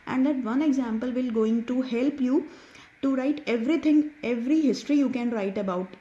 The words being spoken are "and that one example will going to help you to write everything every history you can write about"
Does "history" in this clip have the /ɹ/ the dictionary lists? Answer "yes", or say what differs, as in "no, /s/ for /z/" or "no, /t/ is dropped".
yes